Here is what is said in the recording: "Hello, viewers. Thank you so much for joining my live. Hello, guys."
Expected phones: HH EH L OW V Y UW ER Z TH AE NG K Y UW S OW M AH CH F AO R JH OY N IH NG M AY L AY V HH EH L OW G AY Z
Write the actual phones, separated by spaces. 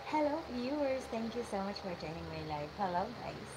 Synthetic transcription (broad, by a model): HH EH L OW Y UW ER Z T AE NG K Y UW S OW M AH CH F AO R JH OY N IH NG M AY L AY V HH EH L OW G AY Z